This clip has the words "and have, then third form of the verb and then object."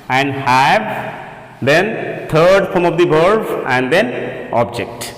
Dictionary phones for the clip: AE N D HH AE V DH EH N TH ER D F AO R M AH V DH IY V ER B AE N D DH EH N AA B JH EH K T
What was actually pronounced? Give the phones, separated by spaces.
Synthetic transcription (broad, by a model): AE N D HH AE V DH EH N T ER D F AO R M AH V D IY B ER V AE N D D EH N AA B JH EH K T